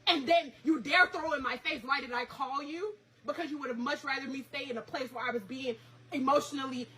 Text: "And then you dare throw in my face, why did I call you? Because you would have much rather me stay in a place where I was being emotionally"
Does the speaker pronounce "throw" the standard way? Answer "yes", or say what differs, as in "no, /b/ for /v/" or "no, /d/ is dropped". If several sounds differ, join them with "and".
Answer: yes